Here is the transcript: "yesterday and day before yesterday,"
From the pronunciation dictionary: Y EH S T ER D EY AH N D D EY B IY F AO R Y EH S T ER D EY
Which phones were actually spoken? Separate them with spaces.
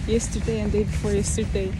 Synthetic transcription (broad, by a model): Y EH S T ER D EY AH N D D EY B IY F AO R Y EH S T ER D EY